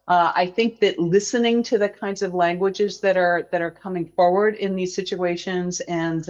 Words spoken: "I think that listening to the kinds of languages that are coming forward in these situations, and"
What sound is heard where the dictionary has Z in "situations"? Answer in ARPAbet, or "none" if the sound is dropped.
Z